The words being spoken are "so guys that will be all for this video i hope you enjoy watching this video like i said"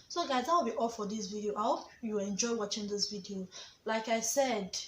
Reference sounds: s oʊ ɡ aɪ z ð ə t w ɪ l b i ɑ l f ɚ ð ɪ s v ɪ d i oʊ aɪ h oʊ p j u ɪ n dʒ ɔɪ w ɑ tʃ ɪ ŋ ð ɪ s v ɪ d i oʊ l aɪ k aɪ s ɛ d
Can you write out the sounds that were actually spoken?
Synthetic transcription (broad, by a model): s oʊ ɡ aɪ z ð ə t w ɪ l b i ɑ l f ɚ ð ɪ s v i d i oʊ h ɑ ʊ j u ɪ n dʒ ɔɪ w ɑ tʃ ɪ ŋ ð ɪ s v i d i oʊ l aɪ k aɪ s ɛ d